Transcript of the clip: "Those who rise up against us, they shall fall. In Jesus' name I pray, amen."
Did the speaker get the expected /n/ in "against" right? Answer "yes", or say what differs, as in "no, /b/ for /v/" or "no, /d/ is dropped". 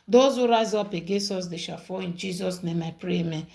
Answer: no, /n/ is dropped